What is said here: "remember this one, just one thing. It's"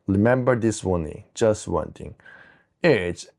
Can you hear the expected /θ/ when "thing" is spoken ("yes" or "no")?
no